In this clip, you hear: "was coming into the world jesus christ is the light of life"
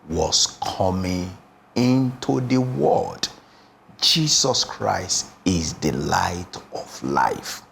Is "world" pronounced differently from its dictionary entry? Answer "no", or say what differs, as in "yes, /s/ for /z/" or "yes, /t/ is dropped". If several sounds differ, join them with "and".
yes, /l/ is dropped